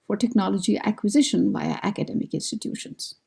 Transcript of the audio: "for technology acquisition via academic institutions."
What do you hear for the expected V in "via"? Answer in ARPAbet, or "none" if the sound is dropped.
B